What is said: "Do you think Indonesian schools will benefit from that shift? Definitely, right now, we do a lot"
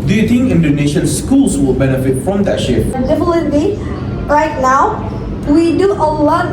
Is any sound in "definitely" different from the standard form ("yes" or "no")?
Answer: yes